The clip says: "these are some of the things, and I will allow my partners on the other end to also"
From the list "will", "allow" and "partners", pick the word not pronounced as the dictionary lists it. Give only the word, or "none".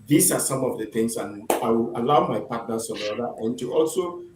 partners